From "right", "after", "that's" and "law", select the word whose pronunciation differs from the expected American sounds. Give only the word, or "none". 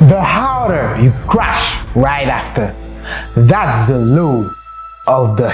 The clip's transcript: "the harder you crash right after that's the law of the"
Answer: none